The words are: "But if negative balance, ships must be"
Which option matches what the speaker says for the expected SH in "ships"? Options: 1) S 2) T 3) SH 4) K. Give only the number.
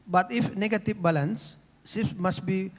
1